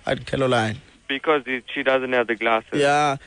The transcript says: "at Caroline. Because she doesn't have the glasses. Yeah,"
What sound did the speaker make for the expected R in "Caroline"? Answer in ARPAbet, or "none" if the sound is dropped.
L